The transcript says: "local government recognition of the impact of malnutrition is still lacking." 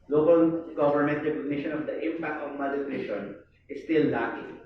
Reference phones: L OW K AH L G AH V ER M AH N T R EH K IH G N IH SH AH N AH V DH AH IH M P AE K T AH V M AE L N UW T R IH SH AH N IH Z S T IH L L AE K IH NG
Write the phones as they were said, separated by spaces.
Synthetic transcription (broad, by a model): L OW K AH L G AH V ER M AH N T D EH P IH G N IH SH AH N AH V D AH IH M P AE K T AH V M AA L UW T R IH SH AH N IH S T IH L L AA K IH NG